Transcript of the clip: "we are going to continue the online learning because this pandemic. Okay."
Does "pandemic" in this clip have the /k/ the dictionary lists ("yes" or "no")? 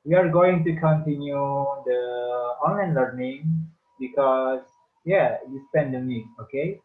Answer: no